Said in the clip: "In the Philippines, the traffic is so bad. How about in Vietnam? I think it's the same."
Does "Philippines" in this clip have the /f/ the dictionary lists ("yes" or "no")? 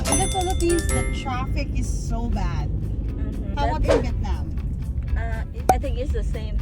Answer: no